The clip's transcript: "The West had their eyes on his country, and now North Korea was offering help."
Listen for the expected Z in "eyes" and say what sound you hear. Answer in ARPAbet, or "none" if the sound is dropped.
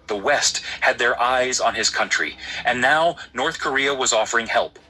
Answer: Z